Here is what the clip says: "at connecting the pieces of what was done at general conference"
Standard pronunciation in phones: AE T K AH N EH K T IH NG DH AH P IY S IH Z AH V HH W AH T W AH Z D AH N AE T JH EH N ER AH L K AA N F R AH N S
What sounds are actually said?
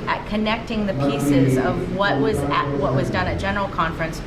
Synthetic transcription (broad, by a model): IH T K AH N EH K T IH NG DH AH P IY S IH Z AH V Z W AH T W AH Z D AH N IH T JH EH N ER L K AA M F R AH N S